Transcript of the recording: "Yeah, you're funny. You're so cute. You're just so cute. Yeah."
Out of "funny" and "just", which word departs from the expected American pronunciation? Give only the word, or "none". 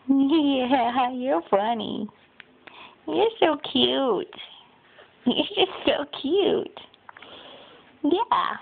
none